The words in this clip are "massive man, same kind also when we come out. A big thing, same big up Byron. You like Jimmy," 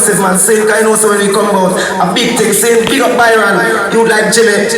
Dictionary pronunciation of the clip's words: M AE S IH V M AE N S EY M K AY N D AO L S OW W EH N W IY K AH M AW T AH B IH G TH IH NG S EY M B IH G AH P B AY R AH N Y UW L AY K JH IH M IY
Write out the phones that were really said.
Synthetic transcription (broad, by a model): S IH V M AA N S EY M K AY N AO S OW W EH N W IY K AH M AW T AH B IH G T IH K S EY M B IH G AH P B AY R AH N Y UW L AY K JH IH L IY